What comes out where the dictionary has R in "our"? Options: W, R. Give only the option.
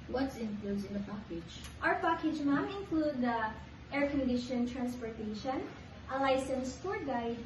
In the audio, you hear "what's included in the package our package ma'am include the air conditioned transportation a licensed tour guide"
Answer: W